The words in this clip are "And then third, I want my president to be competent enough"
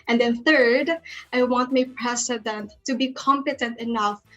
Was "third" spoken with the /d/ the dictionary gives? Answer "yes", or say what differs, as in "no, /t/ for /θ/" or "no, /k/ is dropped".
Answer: yes